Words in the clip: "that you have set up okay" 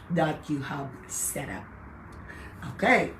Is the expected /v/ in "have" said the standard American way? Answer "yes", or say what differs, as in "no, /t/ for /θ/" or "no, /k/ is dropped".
no, /b/ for /v/